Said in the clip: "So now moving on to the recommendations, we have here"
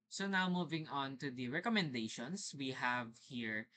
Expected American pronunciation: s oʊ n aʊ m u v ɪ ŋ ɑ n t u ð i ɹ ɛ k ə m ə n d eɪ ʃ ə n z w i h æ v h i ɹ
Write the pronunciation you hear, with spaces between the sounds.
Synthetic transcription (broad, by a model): s oʊ n aʊ m u v ɪ ŋ ɑ n t u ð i ɹ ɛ k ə m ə n d eɪ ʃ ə n s w i h æ v h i ɹ